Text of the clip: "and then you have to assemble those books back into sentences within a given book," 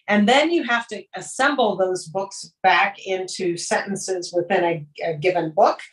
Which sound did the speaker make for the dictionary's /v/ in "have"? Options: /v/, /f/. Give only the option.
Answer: /f/